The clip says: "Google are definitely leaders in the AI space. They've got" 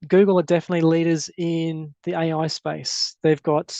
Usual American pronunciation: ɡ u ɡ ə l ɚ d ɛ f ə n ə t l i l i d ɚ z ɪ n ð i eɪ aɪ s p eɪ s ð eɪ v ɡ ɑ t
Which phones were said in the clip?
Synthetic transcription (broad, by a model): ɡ u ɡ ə l ɚ d ɛ f ə n ə t l i l i d ɚ z ɪ n ð i eɪ aɪ s p eɪ s ð eɪ v ɡ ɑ t